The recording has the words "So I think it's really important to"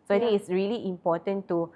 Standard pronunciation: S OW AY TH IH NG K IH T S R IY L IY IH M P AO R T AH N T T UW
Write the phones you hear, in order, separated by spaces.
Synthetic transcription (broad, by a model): S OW AY T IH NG IH T S R IY L IY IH M P AO T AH N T T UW